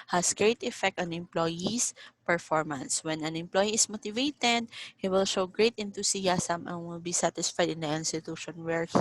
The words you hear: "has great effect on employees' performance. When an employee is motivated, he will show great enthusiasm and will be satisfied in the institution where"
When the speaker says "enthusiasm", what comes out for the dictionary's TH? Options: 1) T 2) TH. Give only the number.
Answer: 1